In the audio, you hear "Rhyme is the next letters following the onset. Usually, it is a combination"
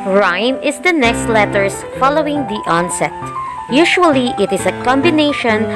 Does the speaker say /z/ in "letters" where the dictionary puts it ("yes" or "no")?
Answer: no